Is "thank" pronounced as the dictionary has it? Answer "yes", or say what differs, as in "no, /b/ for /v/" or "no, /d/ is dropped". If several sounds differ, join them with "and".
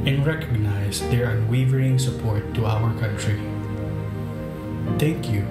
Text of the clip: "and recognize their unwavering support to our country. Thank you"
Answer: no, /t/ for /θ/